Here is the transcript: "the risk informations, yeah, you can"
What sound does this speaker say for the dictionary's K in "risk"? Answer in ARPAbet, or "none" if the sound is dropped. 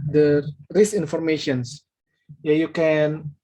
none